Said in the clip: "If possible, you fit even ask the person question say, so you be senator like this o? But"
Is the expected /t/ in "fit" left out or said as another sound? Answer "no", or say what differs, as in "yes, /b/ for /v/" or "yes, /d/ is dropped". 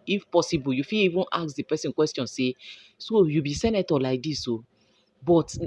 yes, /t/ is dropped